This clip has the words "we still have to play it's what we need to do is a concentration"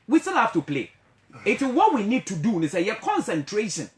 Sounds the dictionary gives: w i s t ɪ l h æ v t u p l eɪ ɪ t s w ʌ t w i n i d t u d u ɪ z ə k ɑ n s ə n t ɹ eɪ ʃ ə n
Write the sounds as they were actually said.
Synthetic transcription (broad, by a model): w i s t ɪ l h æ f t u p l eɪ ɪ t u w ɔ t w i n i d t u d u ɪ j ə k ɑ n s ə n t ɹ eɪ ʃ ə n